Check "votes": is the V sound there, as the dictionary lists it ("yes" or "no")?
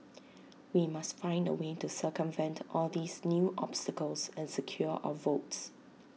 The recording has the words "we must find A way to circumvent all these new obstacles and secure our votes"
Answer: yes